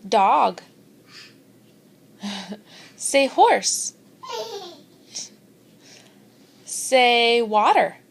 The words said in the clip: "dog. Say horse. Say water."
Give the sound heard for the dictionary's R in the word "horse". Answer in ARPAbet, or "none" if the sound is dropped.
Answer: R